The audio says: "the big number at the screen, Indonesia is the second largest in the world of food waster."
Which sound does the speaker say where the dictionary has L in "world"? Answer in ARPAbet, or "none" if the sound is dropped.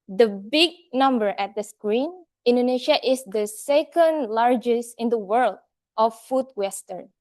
L